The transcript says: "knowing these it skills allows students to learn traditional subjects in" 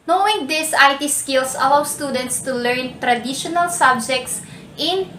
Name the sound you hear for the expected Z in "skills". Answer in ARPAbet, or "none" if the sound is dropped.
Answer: S